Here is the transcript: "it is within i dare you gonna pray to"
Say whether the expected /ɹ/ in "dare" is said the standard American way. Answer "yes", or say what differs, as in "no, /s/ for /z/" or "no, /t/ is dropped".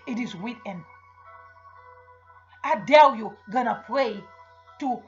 no, /l/ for /ɹ/